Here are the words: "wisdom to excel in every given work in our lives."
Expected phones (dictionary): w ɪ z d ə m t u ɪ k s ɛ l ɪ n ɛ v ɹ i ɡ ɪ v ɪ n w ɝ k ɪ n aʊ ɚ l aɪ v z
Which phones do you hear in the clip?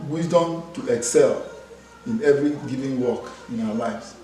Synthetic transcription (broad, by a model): w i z d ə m t u ɪ k s ɛ l ɪ n ɛ v ɹ i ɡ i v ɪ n w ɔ k ɪ n aʊ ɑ l aɪ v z